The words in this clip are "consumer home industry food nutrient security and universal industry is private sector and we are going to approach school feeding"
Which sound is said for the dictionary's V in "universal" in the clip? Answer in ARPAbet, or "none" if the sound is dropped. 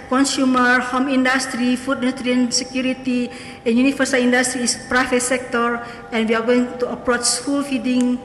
F